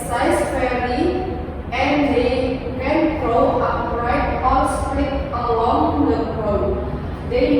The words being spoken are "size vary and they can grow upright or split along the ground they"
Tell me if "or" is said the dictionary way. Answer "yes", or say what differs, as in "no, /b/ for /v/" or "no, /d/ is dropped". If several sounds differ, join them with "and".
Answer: no, /l/ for /ɹ/